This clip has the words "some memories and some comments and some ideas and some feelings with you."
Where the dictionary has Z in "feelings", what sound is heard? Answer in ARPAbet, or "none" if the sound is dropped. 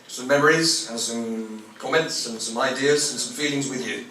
Z